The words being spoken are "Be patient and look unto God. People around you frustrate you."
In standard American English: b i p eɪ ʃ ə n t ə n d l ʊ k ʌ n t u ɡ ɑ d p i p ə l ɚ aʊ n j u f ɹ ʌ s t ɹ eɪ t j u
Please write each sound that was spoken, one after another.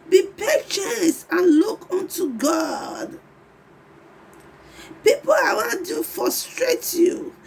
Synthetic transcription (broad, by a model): b i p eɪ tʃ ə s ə n l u k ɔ n t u ɡ ɑ d p i p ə w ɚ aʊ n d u f ɹ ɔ s t ɹ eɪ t j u